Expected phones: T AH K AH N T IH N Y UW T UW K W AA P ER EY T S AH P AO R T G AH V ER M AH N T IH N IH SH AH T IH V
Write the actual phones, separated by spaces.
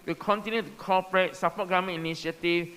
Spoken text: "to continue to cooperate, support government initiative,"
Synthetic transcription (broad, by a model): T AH K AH N T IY N Y UW T UW K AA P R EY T S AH P AO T G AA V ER M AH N IH N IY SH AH T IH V